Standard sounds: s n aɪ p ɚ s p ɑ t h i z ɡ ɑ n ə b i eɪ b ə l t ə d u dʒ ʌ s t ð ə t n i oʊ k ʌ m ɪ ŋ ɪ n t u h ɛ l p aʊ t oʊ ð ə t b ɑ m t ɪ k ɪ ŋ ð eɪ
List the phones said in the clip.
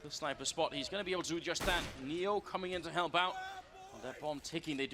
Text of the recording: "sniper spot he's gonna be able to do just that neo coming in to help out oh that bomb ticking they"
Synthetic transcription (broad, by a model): s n aɪ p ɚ s p ɑ t h i z ɡ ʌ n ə b i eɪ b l t ə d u dʒ ʌ s ð ə t n i oʊ k ʌ m ɪ ŋ ɪ n t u h ɛ l b aʊ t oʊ ð ə t b ɑ m t ɪ k ɪ ŋ ð eɪ